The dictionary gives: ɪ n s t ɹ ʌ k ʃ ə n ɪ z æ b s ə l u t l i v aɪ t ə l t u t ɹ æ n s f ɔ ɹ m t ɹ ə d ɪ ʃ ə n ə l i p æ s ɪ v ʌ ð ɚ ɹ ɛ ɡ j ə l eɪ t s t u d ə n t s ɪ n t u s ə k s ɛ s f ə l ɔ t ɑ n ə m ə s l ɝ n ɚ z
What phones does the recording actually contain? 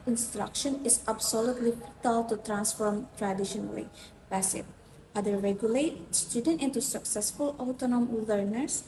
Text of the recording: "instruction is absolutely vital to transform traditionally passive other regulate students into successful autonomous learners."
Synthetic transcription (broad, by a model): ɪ n s t ɹ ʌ k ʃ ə n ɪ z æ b s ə l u t l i f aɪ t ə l t u t ɹ æ n s f ɔ ɹ m t ɹ ə d ɪ ʃ ə n ə l i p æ s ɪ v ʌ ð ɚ ɹ ɛ ɡ j ə l eɪ t s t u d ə n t ɪ n t u s ə k s ɛ s f ə l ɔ t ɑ n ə m l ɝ n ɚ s